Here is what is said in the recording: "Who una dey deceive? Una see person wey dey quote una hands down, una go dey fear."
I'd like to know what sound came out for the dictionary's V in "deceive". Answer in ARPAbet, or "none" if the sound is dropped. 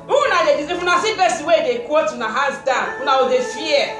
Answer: F